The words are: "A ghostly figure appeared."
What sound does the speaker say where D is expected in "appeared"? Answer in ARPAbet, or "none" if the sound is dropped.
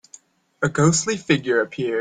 none